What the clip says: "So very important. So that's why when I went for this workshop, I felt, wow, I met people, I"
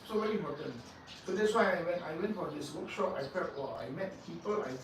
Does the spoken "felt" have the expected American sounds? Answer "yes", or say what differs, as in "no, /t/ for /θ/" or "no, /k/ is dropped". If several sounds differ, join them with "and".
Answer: no, /p/ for /f/ and /l/ is dropped